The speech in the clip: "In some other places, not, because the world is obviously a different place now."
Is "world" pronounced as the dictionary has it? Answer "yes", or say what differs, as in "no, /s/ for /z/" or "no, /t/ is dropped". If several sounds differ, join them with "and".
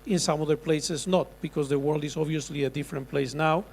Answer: yes